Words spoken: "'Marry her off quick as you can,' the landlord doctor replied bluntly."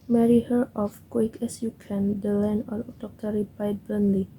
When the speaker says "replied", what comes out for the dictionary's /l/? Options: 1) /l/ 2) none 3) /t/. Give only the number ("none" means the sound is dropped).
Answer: 2